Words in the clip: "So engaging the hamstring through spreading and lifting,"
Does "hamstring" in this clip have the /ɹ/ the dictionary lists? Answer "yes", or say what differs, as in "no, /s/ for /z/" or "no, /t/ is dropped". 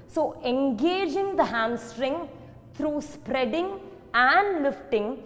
yes